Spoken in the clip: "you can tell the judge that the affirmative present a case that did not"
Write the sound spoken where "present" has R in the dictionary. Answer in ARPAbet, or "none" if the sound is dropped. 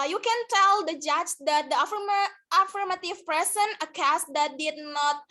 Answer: none